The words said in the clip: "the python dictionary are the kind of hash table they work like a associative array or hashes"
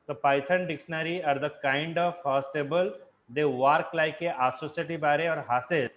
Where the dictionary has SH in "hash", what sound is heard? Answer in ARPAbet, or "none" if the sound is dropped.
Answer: S